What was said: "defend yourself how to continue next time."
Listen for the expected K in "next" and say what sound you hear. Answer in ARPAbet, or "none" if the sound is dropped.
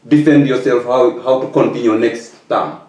K